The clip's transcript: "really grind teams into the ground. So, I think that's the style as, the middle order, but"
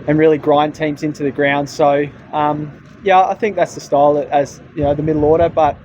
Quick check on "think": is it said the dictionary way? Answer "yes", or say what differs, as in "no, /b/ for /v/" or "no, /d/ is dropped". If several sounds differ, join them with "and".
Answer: yes